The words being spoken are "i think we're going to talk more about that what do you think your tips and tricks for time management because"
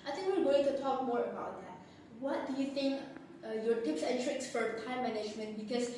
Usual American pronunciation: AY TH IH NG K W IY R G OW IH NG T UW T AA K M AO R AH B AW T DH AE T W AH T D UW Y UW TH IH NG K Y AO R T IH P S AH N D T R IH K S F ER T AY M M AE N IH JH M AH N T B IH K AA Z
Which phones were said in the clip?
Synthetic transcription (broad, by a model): AY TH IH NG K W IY L G OW IH NG T UW T AA K M AO R AH B AW T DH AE T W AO T D UW Y UW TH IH NG K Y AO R T IH P S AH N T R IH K S F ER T AY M M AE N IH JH M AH N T B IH K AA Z